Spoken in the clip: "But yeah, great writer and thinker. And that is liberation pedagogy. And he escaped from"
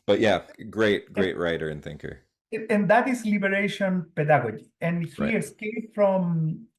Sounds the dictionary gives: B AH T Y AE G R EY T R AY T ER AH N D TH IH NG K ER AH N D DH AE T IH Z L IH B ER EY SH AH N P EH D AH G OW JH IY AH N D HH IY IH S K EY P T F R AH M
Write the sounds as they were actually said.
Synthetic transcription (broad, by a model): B AH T Y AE G R EY T R AY T ER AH N TH IH NG K ER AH N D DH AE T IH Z L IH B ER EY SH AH N P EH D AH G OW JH IY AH N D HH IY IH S K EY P F R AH M